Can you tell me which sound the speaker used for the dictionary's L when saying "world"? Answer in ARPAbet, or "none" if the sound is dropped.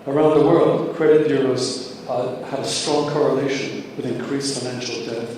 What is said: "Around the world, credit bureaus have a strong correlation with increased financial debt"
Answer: L